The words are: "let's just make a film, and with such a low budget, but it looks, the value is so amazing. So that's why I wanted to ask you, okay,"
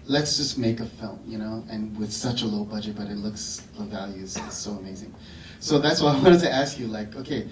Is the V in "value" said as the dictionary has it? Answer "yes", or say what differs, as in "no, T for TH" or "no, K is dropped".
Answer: yes